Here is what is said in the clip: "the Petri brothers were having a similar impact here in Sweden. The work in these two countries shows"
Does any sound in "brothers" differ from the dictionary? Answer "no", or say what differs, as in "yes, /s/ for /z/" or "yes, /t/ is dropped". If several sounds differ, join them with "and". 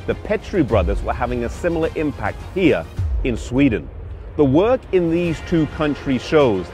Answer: no